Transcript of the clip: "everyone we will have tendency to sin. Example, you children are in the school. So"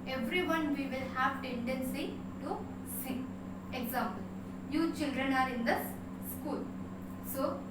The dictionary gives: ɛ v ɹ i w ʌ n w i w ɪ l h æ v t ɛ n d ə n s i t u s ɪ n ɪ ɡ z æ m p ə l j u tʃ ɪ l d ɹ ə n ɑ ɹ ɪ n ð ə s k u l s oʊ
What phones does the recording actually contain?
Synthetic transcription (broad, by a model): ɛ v ɹ i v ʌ n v i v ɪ l h æ v t ɛ n d ə n s i t u s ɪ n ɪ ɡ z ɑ m p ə l j u tʃ ɪ l d ɹ ə n ɑ ɹ ɪ n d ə s k u l s oʊ